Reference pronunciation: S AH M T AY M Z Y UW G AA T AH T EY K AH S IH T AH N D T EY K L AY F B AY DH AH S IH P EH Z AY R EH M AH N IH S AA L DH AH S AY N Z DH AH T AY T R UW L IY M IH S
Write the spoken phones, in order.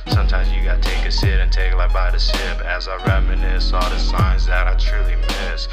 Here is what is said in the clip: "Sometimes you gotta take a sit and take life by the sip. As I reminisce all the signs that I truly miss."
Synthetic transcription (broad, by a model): S AH M T AY M Z Y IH G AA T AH T EY K AH S IH T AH N T EY K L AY B AY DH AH S IH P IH Z AY R EH M AH N IH S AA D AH S AY N Z DH AH T AY T R UW L IY M IH S